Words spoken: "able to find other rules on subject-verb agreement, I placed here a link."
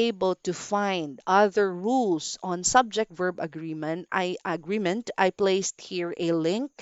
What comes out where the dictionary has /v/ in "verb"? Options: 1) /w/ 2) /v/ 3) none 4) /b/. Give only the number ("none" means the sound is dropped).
2